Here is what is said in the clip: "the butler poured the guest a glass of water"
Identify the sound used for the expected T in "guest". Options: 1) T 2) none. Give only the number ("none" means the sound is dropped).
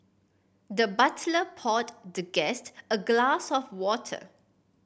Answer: 1